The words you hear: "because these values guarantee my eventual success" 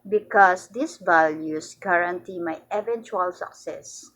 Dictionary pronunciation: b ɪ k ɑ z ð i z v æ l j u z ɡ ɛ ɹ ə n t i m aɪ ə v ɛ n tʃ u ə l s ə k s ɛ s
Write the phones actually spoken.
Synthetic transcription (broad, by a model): b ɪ k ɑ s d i s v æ l j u s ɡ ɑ ɹ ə n t i m aɪ ə v ɛ n tʃ u ə l s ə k s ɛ s